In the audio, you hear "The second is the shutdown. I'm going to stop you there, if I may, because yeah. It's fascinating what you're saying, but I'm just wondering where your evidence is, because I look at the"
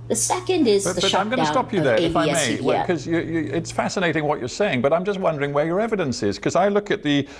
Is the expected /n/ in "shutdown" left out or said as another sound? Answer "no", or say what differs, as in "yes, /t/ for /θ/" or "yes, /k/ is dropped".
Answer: yes, /n/ is dropped